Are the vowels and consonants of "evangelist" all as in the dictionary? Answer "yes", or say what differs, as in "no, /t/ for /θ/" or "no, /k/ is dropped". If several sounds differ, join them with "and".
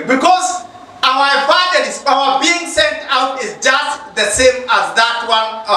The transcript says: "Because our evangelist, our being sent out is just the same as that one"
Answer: no, /f/ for /v/ and /l/ is dropped